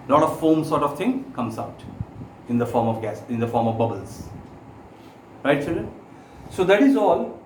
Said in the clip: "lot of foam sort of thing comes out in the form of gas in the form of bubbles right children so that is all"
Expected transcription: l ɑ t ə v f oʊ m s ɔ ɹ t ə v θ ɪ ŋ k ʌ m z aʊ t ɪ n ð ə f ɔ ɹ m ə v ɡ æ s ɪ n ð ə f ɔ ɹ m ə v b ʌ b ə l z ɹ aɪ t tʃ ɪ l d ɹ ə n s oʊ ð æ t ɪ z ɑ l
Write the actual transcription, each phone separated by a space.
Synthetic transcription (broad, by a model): l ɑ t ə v f oʊ m s ɔ ɹ t ə v t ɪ ŋ k ʌ m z aʊ t ɪ n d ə f ɔ ɹ m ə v ɡ æ s ɪ n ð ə f ɔ ɹ m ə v b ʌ b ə l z ɹ aɪ t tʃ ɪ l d ə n s oʊ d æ t ɪ z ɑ l